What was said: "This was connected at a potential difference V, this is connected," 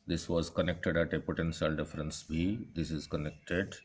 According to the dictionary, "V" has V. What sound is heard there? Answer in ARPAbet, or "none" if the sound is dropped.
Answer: B